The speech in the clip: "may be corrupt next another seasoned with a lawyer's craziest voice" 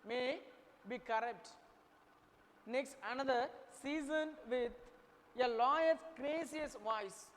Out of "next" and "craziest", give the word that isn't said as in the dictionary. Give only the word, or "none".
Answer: craziest